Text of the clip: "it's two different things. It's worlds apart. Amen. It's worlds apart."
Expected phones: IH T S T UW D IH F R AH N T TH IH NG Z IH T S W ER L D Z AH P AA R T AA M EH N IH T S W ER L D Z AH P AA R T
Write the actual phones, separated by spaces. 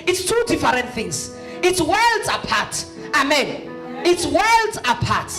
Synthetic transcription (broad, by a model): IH T S T UW D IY F R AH N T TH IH NG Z IH T S W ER L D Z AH P AA T AA M EH N IH T S W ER L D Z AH P AA T